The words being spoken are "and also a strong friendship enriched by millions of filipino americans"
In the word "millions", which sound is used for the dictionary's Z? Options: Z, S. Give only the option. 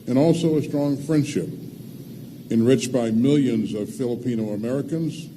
Z